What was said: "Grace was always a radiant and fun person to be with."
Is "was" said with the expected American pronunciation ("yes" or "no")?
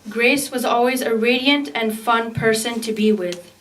yes